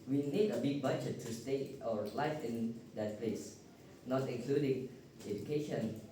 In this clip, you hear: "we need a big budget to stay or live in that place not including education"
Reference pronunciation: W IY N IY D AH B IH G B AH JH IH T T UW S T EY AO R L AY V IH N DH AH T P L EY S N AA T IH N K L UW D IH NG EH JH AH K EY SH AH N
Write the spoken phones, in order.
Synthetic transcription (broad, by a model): W IY N IY D AH B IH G B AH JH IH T T UW S T EY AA W L AY F IH N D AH T P L EY S N AA T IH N K L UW D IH NG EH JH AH K EY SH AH N